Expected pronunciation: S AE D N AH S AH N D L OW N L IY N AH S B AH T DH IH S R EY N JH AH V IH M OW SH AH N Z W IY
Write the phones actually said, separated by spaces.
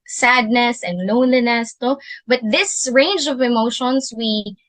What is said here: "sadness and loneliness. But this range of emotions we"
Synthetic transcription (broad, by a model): S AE D N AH S AH N D L OW N L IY N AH S B AH T DH IH S R EY N JH AH V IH M OW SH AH N S W IY